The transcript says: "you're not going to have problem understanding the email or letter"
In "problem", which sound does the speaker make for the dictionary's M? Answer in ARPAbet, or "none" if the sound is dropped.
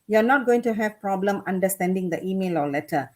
M